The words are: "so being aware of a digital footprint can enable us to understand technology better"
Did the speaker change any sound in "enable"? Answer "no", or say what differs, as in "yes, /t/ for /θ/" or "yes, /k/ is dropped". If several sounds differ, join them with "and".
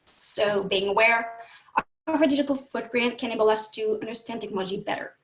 yes, /n/ is dropped